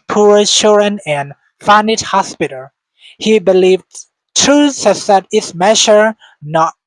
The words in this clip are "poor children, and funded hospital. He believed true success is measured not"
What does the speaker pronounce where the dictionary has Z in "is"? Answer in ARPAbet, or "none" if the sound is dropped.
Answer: S